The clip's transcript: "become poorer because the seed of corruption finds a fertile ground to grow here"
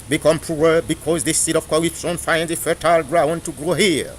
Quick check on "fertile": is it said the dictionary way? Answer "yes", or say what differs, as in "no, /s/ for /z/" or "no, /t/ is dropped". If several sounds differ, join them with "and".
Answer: yes